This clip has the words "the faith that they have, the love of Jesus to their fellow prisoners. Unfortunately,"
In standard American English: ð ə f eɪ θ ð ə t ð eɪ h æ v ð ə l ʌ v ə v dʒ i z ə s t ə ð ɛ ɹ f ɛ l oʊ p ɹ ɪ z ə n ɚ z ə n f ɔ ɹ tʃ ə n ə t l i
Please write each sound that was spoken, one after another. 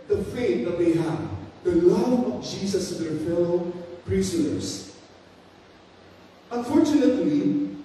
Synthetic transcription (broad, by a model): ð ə f eɪ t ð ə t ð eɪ h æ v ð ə l ʌ v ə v dʒ i s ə s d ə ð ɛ ɹ f ɛ l oʊ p ɹ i s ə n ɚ s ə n f ɔ ɹ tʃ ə n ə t l i